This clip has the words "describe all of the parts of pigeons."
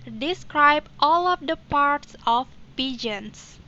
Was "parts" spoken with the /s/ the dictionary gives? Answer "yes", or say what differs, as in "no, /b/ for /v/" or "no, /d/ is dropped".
yes